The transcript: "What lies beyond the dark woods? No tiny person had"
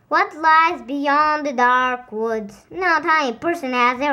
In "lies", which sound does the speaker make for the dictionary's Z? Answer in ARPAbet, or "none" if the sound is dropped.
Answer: Z